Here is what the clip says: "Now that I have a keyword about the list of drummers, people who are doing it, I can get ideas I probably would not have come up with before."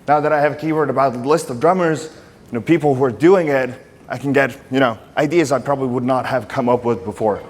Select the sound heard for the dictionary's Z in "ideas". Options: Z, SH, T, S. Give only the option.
Z